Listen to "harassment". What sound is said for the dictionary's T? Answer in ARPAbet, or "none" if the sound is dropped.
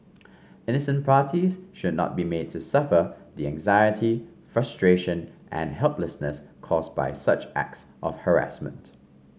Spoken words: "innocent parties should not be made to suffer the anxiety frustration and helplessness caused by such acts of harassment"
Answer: T